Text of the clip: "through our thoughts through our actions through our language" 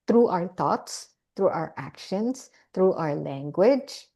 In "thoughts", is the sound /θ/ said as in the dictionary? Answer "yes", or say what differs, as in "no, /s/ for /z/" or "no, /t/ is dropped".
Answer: no, /t/ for /θ/